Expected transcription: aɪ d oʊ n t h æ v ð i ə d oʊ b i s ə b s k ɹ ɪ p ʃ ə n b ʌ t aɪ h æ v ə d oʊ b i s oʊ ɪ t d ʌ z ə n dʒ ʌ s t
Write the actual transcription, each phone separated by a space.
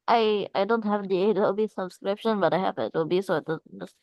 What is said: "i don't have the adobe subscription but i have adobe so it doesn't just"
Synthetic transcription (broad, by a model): aɪ d oʊ n t h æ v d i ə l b i s ə b s k ɹ ɪ p ʃ ə n b ʌ t aɪ h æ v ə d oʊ b i s oʊ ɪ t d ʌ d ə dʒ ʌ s